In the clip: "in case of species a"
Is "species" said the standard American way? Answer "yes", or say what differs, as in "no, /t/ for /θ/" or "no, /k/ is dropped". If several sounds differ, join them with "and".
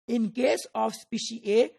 no, /z/ is dropped